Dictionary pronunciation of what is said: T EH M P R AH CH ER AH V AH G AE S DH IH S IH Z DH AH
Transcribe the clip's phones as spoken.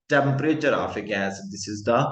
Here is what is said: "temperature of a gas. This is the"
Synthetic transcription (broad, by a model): T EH M P R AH CH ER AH F AH G AE S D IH S IH Z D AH